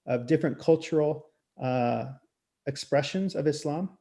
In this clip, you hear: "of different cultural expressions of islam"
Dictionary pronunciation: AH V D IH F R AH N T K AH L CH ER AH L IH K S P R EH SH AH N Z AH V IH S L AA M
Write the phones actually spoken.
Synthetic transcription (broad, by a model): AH V D IH F R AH N K AH L CH ER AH IH K S P R EH SH AH N Z AH V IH S L AA M